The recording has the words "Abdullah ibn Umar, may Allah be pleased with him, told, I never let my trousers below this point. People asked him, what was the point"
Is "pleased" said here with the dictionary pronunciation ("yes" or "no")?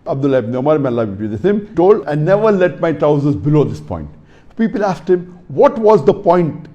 no